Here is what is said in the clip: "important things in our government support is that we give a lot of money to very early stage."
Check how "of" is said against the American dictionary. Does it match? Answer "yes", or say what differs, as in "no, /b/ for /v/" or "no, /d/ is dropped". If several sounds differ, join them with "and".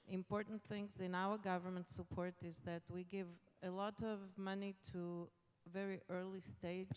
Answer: yes